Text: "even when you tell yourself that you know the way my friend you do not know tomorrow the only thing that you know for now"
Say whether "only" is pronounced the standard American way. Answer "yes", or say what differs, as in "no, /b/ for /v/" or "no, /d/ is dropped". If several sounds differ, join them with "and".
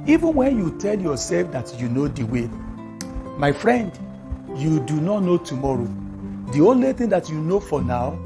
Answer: yes